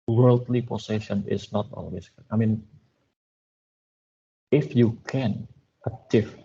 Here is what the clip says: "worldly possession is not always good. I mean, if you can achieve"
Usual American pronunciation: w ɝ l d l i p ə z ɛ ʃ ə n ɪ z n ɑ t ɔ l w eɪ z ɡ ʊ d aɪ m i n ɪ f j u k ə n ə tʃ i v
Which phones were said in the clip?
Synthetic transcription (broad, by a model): w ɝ l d l i p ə s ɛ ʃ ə n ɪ s n ɑ t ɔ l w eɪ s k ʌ aɪ m i n ɪ f j u k ə n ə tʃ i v